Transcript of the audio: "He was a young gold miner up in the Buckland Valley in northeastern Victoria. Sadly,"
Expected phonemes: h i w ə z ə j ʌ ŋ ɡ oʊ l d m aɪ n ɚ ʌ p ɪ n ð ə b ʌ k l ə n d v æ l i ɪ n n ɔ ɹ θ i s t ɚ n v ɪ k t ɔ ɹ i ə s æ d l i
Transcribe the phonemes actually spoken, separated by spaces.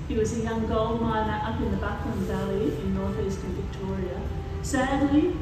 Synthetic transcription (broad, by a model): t w ə z ə j ʌ ŋ ɡ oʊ l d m aɪ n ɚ ʌ p ɪ n ð ə b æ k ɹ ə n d v æ l i ɪ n n ɔ ɹ θ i s t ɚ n v ɪ k t ɔ ɹ i ə s æ d l i